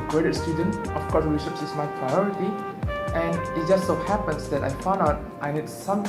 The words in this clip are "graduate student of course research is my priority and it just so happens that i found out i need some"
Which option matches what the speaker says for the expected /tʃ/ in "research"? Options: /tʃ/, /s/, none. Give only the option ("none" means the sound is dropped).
/s/